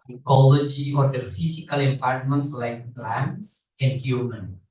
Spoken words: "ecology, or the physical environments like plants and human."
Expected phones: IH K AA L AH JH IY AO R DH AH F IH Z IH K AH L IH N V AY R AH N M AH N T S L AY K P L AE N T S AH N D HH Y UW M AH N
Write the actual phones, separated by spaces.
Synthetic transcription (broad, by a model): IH K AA L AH JH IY AO R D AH F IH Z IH K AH L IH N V AY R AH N M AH N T S L AY K B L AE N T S AH N D HH Y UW M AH N